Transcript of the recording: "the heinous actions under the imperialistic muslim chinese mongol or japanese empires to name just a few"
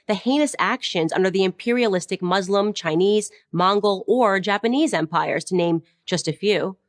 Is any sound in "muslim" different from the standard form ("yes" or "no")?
no